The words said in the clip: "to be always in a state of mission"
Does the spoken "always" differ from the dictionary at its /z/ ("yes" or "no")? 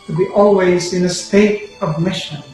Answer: no